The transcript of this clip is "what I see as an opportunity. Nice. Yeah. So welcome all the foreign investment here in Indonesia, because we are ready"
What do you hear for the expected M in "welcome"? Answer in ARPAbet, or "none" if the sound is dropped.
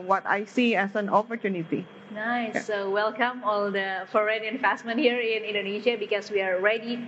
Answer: M